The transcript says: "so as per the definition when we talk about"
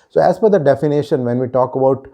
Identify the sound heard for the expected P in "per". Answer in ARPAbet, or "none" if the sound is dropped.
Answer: F